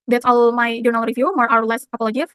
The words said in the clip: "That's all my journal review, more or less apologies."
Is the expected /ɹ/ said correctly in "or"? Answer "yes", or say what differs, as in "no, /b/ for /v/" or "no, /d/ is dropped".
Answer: no, /w/ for /ɹ/